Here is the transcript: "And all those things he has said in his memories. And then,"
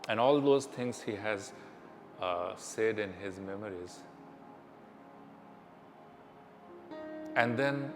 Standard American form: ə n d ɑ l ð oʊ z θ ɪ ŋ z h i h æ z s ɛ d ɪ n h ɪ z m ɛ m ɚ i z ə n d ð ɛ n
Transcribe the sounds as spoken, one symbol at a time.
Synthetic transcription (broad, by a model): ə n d ɑ l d oʊ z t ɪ ŋ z h i h æ z s ɛ d ɪ n h ɪ z m ɛ m ɚ i z ə n d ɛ n